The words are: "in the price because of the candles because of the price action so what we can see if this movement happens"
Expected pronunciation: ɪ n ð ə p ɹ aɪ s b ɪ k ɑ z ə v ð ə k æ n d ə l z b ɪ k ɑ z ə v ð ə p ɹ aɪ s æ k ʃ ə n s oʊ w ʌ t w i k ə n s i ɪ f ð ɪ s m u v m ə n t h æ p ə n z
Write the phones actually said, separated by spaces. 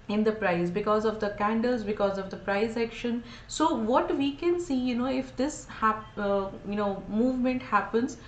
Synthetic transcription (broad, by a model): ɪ n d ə p ɹ aɪ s b ɪ k ɑ z ə v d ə k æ n d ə l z b ɪ k ɑ z ə v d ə p ɹ aɪ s æ k ʃ ə n s oʊ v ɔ t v i k ə n s i ɪ f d ɪ s m u v m ə n t h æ p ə n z